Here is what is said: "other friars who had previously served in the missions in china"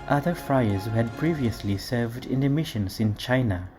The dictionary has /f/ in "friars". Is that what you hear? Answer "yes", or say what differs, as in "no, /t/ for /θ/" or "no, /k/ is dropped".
yes